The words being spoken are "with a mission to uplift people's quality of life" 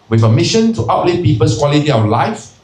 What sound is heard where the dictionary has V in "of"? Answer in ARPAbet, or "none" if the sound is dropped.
W